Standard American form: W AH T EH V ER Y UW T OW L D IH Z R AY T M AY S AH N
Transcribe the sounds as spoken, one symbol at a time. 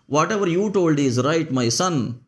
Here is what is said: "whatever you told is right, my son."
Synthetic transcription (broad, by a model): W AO T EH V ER Y UW T OW L D IH Z R AY T M AY S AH N